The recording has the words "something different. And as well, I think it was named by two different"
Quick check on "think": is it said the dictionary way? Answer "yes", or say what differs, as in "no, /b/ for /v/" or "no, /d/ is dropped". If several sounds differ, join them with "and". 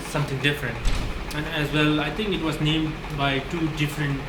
no, /t/ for /θ/